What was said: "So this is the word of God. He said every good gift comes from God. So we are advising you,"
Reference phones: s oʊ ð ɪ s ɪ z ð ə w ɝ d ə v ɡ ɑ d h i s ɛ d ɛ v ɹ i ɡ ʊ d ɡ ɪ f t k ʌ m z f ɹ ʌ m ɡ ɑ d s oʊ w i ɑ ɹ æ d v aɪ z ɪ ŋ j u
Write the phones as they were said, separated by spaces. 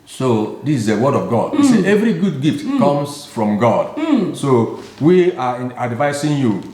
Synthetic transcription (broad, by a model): s oʊ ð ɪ s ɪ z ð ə w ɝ d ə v ɡ ɑ d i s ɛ ɛ v ɹ i ɡ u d ɡ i f t k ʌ m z f ɹ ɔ m ɡ ɑ d s oʊ w i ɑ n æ d v aɪ s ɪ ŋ j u